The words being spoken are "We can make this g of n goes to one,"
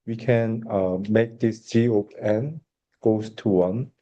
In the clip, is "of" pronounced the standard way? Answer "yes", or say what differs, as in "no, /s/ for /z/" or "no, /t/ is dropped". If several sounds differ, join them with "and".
no, /p/ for /v/